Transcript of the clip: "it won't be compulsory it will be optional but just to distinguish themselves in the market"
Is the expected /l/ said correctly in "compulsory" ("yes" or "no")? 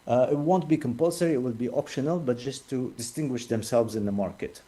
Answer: yes